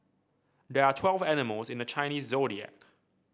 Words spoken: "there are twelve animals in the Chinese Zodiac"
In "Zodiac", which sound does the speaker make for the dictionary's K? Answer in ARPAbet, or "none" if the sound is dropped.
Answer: K